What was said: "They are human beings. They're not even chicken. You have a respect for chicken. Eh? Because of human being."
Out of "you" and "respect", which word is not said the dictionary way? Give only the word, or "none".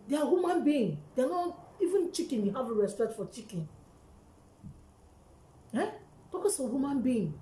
none